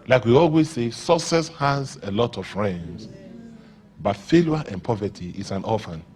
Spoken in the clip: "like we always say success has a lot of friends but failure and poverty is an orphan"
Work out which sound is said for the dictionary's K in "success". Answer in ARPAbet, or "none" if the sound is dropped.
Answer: none